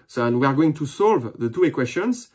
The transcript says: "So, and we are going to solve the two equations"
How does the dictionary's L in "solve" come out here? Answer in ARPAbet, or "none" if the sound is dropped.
L